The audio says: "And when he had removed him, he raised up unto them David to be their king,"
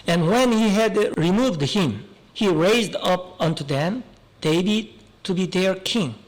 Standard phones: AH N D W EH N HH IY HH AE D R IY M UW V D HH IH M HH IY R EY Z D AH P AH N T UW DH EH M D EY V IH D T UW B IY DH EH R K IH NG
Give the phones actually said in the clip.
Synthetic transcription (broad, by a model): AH N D W EH N HH IY HH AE D R IY M UW V D HH IH M HH IY R EY Z D AH P AH N T UW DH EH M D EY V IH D T UW B IY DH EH R K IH NG